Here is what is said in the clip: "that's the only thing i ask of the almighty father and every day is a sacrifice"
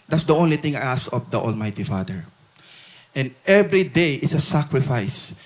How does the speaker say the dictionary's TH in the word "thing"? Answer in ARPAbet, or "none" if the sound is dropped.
T